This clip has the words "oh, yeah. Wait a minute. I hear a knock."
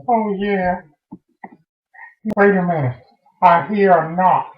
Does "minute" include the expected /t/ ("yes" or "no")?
no